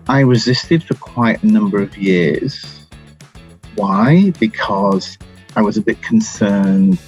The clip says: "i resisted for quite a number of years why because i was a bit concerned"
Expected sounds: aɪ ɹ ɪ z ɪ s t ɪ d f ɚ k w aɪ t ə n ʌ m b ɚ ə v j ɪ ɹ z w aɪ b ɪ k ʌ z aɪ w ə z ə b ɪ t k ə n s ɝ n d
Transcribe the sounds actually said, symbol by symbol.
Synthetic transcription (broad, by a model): aɪ ɹ ɪ z ɪ s t ɪ d f ɚ k w aɪ t ə n ʌ m b ɚ ə v j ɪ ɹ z w aɪ b ɪ k ʌ z aɪ w ə z ə b ɪ t k n s ɝ n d